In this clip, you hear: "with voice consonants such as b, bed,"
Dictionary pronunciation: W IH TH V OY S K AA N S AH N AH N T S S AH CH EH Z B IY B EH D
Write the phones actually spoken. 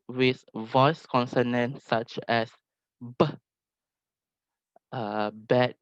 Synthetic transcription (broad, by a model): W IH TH V OY S K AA N S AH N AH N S S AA CH EH S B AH B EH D